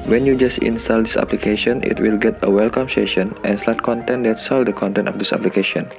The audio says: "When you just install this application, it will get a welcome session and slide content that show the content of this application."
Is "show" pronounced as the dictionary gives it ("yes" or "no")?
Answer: no